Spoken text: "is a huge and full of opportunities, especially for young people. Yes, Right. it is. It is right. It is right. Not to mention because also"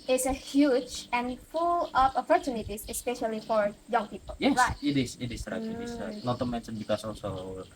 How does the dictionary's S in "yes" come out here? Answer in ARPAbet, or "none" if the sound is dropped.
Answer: none